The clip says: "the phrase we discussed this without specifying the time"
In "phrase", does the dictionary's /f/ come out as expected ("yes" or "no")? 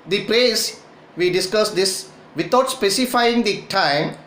no